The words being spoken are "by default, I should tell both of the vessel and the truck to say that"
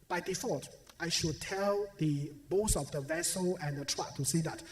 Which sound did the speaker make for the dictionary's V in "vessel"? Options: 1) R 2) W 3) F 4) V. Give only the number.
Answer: 4